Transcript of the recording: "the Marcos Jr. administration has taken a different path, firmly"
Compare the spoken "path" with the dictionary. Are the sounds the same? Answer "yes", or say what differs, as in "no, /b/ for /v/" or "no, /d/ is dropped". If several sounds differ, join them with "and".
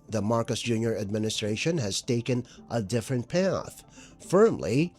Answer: yes